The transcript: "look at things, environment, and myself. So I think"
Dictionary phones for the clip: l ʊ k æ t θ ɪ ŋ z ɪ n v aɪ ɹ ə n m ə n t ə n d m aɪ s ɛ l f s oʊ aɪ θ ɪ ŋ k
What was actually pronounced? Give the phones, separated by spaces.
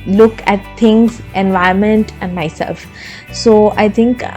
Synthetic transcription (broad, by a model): l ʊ k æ t t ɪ ŋ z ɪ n v aɪ ə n m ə n t ə n d m aɪ s ɛ l f s oʊ aɪ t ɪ ŋ k